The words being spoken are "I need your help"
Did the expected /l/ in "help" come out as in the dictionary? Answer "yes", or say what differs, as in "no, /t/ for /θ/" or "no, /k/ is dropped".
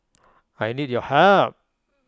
no, /l/ is dropped